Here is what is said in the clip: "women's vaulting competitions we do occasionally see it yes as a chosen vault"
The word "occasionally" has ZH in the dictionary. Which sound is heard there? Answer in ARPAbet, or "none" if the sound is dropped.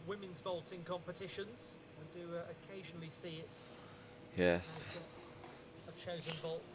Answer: ZH